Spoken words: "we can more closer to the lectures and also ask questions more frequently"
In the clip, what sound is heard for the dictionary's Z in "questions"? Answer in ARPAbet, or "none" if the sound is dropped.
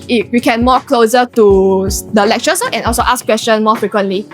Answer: none